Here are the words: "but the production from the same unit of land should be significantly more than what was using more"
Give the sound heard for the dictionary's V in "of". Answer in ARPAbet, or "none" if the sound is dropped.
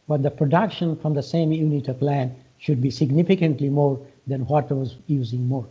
P